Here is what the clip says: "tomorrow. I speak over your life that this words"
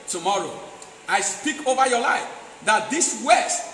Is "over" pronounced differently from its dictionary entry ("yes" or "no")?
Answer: no